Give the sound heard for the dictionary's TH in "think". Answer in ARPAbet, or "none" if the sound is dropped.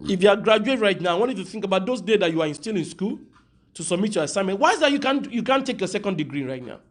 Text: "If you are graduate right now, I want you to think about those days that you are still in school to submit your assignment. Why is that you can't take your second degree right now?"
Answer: TH